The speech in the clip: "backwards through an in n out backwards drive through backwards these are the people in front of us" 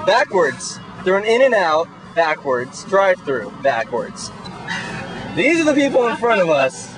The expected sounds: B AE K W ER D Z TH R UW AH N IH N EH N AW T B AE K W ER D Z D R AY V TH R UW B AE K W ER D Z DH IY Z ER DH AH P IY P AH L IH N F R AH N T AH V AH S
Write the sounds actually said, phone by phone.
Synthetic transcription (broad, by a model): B AE K W ER D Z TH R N IH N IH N AW T B AE K W ER D Z D R AY V TH R UW B AE K W ER D Z DH IY Z ER DH AH P IY P L IH N F R AH T AH V AH S